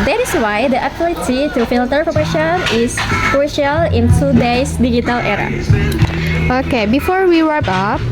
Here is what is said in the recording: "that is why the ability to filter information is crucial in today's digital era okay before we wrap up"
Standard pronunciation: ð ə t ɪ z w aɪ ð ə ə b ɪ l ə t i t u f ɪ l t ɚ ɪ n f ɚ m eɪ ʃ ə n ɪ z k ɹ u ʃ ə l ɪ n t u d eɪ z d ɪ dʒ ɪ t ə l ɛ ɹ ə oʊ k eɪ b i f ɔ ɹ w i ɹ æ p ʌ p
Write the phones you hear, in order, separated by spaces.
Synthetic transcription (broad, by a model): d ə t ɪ s w aɪ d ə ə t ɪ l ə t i t u f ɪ l t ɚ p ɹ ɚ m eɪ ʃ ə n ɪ s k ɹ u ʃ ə l ɪ n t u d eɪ s d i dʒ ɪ t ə l ɛ ɹ ə oʊ k eɪ b i f ɔ ɹ w i w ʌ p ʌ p